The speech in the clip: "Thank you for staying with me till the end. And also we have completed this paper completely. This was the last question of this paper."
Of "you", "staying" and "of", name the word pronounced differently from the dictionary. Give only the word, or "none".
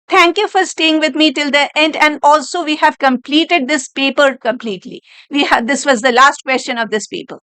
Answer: none